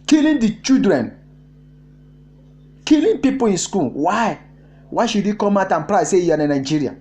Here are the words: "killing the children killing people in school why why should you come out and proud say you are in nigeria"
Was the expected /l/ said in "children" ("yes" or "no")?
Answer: no